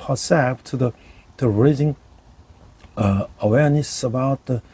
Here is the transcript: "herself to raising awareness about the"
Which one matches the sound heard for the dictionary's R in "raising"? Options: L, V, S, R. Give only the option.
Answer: R